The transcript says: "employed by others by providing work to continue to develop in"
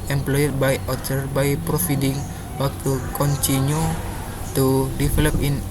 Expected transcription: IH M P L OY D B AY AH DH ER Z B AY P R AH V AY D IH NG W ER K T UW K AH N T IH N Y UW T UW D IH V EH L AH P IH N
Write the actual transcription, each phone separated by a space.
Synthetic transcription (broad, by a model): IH M P L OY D B AY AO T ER B AY P R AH F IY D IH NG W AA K T UW K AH N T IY N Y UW T UW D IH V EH L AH P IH N